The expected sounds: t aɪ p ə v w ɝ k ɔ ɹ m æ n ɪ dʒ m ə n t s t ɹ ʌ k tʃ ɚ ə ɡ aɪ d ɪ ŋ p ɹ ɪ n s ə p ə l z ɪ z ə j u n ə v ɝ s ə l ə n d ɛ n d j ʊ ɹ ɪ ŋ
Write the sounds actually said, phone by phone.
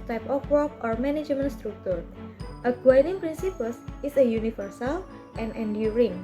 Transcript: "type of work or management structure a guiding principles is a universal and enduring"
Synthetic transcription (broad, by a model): t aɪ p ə f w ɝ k ɔ ɹ m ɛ n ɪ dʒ m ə n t s t ɹ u k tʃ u ə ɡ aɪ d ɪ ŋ p ɹ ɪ n s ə p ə l s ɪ s ə j u n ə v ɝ s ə l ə n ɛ n d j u ɹ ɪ ŋ